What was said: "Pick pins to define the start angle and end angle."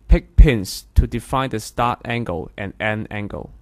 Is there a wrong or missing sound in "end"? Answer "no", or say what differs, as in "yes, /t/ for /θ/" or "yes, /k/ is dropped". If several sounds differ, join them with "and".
yes, /d/ is dropped